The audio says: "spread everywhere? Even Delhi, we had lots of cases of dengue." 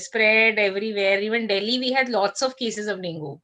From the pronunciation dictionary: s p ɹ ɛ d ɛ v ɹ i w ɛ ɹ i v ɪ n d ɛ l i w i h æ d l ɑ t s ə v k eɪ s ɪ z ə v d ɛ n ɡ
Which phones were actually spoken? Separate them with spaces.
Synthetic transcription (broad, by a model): s p ɹ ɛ d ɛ v ɹ i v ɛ ɹ i v ɪ n d ɛ l i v i h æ d l ɑ t s ə v k eɪ s ɪ z ə v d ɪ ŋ ɡ